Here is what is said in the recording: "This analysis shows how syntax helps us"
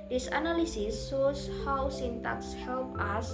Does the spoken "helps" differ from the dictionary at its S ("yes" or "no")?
yes